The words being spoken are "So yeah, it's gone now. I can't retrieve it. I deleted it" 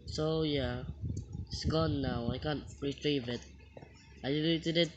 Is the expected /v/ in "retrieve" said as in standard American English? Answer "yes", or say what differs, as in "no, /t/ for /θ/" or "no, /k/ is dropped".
yes